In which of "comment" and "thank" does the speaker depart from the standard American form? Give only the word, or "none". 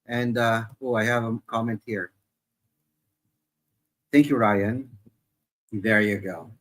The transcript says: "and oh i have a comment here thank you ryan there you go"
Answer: none